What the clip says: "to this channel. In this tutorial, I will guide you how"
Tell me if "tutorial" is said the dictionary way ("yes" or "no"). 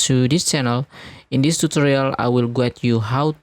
yes